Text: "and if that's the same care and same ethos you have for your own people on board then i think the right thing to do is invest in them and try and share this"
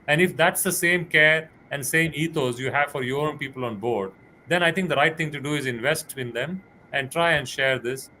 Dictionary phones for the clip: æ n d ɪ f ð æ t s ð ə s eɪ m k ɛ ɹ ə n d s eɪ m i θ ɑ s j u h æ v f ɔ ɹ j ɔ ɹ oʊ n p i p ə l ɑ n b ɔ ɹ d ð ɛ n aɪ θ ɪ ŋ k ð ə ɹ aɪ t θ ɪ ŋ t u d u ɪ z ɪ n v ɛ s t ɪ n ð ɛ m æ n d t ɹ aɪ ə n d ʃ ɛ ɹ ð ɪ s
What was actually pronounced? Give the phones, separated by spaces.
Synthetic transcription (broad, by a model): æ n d ɪ f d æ t s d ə s eɪ m k ɛ ɹ ə n d s eɪ m i t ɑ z j u h æ v f ɔ ɹ j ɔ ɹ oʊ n p i p ə l ɑ n b ɔ ɹ d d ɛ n aɪ t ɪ ŋ k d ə ɹ aɪ t t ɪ ŋ t u d u ɪ z ɪ n v ɛ s t ɪ n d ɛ m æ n d t ɹ aɪ ə n d ʃ ɛ ɹ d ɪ s